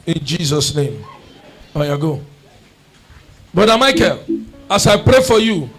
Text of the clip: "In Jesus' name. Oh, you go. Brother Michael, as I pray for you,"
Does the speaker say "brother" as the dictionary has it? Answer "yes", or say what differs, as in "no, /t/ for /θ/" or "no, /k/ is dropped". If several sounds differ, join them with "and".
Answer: no, /ɹ/ is dropped